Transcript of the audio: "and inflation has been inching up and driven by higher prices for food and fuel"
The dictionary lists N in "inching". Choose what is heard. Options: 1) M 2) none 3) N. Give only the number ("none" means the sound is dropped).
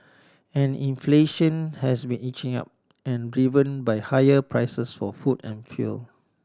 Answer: 2